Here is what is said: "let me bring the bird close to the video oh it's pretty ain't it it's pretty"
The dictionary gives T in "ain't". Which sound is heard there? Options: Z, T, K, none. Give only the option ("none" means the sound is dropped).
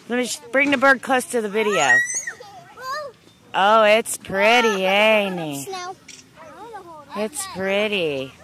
none